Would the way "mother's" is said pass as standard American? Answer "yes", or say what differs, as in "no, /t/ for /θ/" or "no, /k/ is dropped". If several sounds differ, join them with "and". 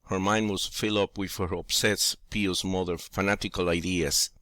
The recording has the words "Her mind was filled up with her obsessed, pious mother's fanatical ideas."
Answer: no, /z/ is dropped